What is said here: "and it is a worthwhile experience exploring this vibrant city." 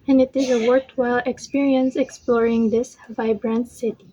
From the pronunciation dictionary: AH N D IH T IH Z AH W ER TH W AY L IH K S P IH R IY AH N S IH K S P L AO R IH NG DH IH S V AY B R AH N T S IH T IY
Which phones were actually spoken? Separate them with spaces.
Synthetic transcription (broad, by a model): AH N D IH T IH Z AH W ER T W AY L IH K S P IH R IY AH N S IH K S P L AO R IH NG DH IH S V AY B R AH N T S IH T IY